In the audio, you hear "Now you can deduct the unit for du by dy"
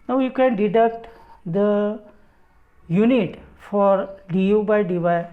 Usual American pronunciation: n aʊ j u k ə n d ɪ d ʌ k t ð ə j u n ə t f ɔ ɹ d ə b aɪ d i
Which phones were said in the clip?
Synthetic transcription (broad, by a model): n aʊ j u k ə n d ɪ d ʌ k t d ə j u n ə t f ɔ ɹ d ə b aɪ d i